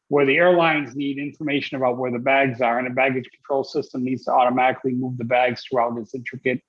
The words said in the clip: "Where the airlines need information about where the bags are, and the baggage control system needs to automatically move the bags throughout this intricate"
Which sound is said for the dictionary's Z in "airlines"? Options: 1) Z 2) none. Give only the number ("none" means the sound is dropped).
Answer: 1